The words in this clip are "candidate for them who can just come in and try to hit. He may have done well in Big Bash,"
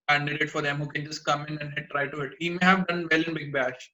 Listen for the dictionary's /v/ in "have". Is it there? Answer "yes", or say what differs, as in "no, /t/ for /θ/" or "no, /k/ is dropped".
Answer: yes